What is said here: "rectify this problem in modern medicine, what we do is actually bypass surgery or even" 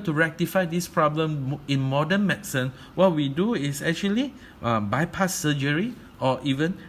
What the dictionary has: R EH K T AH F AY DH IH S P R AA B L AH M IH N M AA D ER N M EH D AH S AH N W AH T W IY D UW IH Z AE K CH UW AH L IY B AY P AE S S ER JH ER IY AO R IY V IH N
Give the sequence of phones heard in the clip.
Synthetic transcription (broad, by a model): R EH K T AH F AY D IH S P R AA B L AH M IH N M AA D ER N M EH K S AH N W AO T W IY D UW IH S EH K CH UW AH L IY B AY P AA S S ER JH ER IY AO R IY V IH N